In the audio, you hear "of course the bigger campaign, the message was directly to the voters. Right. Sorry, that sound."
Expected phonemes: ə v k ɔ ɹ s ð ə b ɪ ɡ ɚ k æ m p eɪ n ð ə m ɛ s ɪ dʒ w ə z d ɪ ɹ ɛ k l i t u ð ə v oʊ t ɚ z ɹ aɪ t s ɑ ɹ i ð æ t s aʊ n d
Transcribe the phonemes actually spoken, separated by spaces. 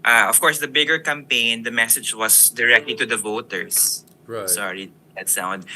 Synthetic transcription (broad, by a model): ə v k ɔ ɹ s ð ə b ɪ ɡ ɚ k æ m p eɪ n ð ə m ɛ s ɪ dʒ w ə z d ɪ ɹ ɛ k l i t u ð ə v oʊ t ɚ ɹ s s ɑ ɹ i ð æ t s aʊ n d